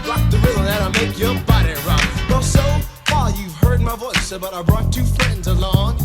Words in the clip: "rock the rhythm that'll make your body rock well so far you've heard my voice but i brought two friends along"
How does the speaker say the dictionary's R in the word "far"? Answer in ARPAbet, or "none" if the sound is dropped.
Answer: L